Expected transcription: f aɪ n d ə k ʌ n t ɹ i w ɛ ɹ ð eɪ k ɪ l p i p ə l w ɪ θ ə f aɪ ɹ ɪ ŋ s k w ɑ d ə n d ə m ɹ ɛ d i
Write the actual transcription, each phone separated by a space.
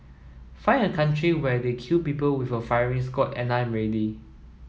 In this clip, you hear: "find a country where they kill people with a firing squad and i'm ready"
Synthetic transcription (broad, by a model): f aɪ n ə k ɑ n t ɹ i w ɛ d eɪ k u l p i p ə l w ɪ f ə f aɪ ɹ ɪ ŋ s k ɑ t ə n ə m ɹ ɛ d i